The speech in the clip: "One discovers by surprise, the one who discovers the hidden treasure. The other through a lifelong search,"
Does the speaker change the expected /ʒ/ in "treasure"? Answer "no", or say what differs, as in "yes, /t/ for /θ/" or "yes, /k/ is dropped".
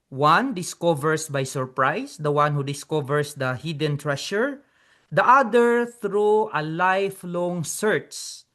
yes, /ʃ/ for /ʒ/